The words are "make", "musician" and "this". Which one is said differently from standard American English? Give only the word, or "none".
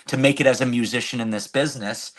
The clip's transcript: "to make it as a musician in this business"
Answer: none